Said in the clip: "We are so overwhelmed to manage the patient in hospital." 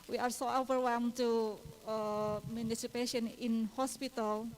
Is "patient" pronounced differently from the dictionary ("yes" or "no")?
yes